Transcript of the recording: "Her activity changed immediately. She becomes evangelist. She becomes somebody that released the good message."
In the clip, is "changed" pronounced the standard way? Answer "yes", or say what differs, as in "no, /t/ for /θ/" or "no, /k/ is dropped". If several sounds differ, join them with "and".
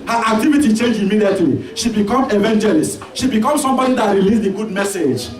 no, /d/ is dropped